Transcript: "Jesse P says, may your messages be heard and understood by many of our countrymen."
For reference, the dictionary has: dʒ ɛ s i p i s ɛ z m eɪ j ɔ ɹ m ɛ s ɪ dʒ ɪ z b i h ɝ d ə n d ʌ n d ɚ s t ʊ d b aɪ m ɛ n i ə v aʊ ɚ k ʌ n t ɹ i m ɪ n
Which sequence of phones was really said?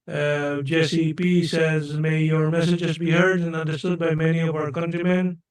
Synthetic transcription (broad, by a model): dʒ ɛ s i p i s ɛ z m eɪ j ɔ ɹ m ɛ s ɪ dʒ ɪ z b i h ɝ d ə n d ʌ n d ɚ s t ʊ d b aɪ m ɛ n i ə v aʊ ɚ k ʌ n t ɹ i m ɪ n